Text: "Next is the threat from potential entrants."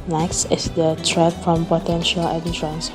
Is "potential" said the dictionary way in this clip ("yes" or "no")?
yes